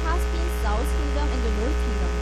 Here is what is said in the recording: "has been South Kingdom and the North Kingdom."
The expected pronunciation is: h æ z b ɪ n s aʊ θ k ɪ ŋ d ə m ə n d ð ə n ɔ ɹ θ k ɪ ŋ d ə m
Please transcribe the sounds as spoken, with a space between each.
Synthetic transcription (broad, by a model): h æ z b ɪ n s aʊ s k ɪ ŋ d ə m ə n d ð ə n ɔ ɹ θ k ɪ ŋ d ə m